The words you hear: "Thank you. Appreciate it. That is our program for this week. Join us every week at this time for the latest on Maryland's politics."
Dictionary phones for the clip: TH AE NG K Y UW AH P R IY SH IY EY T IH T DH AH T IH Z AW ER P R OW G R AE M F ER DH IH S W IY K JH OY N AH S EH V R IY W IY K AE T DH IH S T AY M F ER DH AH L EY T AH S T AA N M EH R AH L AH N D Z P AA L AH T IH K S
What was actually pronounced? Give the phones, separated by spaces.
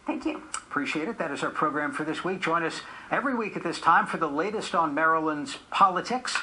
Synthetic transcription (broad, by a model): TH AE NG K Y UW AH P R IY SH IY EY T IH T DH AH T IH Z AW ER P R OW G R AE M F ER DH IH S W IY K ZH OY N AH S EH V R IY W IY K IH T DH IH S T AY M F ER DH AH L EY T AH S T N M EH R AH L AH N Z P AA L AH T IH K S